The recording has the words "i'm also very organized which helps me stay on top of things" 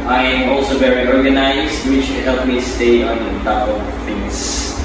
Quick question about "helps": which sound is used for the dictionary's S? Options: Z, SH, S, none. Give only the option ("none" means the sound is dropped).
none